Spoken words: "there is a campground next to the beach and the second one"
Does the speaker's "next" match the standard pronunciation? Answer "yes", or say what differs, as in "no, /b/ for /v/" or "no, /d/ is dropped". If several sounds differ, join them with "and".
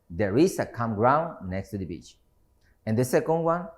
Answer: yes